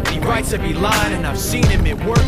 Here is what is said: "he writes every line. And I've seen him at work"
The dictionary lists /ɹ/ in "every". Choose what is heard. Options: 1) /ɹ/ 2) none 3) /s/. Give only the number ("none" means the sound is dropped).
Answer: 2